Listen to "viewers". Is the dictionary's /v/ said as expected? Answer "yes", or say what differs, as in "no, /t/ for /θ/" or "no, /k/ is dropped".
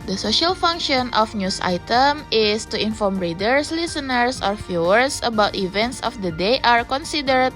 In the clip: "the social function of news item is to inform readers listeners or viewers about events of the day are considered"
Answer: no, /f/ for /v/